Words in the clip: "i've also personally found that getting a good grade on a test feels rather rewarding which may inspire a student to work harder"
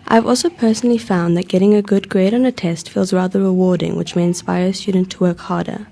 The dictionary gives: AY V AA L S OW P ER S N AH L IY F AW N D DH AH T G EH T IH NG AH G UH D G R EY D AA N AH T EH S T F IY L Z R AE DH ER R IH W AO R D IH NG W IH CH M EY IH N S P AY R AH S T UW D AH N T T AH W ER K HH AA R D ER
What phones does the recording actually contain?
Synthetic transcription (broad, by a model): AY V AA L S OW P ER S N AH L IY F AW N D DH AH T G EH T IH NG AH G UH D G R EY D N AH T EH S T F IY L Z R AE DH ER R IH W AO R D IH NG W IH CH M EY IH N S P AY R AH S T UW D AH N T T AH W ER K HH AA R D ER